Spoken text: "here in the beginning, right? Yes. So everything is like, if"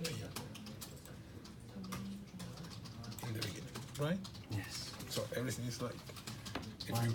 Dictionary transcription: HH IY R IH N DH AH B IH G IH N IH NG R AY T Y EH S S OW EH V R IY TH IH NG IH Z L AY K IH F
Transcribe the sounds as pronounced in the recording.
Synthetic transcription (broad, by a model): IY IH N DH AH B IH G IH N IH NG R AY T Y EH S S OW EH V R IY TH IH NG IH S L AY K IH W